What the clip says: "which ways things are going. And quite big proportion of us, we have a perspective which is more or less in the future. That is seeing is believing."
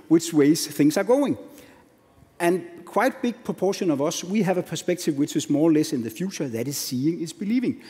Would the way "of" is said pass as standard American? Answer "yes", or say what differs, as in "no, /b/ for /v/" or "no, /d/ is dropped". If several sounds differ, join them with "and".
yes